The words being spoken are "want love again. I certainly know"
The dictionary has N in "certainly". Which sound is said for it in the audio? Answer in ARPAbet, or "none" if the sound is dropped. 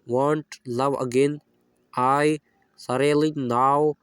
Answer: none